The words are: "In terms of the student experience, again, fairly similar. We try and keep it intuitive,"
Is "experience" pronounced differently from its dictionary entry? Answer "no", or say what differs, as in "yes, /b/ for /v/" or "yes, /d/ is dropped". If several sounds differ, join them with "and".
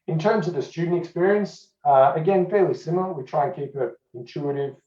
no